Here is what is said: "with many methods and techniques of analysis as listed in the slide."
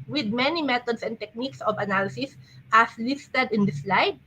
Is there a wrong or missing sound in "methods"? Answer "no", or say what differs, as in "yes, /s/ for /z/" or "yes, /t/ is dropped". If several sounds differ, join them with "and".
yes, /t/ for /θ/ and /s/ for /z/